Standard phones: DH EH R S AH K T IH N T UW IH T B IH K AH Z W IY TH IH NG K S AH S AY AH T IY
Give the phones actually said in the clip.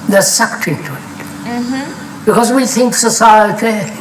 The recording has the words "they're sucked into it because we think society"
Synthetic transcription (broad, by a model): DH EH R S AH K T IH T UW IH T B IH K AH Z W IY TH IH NG K S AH S AY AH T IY